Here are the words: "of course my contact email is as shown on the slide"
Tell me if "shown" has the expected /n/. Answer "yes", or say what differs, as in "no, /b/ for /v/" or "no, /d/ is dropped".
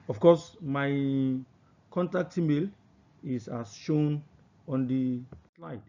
yes